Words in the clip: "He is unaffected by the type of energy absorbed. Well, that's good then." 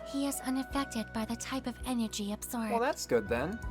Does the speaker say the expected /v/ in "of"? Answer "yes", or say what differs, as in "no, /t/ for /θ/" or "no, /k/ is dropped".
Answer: yes